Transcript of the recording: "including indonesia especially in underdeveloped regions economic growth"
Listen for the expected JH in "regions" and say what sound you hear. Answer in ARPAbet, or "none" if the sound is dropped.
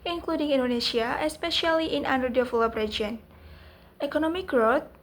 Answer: none